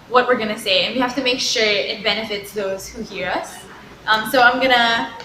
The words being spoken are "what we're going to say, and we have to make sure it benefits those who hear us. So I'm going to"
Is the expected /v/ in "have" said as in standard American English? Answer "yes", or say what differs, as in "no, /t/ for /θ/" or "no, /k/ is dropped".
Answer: no, /f/ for /v/